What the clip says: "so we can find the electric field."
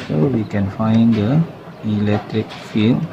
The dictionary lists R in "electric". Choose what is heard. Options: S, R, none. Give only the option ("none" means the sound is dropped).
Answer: R